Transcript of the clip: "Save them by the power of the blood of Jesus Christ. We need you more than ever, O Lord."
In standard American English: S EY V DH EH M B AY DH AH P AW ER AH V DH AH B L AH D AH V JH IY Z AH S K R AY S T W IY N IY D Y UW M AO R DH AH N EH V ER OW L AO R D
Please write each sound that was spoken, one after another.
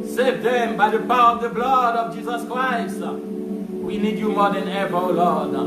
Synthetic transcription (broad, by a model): S EY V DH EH M B AY DH AH P AW ER AH V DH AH B L AH D AH V JH IY Z AH S K R AY S T W IY N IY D Y UW M AO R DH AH N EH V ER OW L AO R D